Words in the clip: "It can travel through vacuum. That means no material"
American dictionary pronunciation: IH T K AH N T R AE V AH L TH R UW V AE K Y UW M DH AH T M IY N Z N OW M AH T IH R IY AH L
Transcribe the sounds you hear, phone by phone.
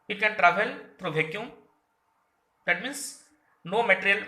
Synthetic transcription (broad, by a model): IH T K AH N T R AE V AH L T R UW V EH K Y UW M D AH T M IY N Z N OW M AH T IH R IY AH L